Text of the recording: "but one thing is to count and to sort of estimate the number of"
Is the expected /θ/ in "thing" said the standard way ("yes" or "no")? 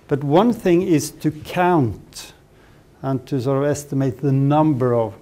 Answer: yes